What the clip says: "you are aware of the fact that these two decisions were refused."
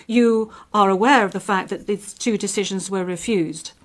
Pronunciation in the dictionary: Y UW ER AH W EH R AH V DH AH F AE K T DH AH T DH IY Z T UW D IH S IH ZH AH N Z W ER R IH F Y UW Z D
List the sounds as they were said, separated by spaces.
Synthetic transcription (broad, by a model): Y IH ER AH W EH R AH V DH AH F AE K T DH AH T DH IY Z T UW D IH S IH ZH AH N Z W ER R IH F Y UW Z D